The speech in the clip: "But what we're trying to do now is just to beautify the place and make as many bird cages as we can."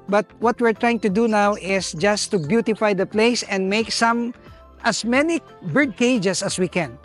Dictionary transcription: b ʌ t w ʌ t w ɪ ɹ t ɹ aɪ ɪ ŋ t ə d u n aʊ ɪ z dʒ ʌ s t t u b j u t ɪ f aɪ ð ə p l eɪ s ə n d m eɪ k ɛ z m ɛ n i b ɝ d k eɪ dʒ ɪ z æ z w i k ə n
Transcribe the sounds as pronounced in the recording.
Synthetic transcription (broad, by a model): b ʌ t w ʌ t w ɪ ɹ t ɹ aɪ ɪ ŋ t ə d u n aʊ ɪ s dʒ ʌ s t t u b j u t ɪ f aɪ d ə p l eɪ s ə n d m eɪ k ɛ s m ɛ n i b ɝ d k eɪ dʒ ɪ s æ s w i k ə n